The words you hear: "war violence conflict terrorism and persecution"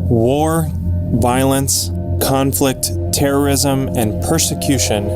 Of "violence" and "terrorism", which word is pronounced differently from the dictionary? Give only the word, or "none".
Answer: none